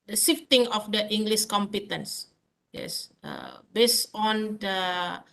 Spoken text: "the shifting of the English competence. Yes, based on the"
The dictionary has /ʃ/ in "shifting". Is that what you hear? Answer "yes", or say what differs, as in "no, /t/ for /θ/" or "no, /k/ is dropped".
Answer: no, /s/ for /ʃ/